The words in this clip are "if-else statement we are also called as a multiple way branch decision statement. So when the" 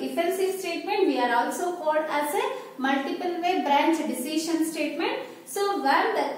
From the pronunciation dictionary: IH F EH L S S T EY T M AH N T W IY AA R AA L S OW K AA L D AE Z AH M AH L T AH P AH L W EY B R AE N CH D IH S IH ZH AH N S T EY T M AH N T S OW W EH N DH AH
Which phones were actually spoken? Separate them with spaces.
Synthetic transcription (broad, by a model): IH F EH N S S T EY T M AH N T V IY AA R AA L S OW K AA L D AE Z AH M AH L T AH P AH L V EY B R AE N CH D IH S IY SH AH N S T EY T M AH N T S OW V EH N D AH